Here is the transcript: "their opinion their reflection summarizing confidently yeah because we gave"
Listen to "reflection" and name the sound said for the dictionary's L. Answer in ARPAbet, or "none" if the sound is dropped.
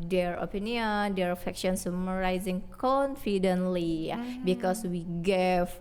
none